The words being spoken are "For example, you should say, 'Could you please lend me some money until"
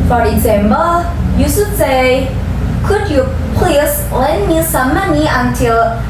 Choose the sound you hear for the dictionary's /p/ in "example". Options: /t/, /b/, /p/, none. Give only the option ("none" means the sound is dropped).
/b/